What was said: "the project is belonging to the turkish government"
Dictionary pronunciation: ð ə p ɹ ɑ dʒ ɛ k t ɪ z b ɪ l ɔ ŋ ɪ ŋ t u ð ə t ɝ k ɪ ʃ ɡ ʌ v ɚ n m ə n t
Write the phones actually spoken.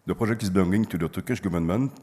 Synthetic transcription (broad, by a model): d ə p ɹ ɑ ʒ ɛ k ɪ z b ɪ ɔ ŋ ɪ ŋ t u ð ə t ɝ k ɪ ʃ ɡ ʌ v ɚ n m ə n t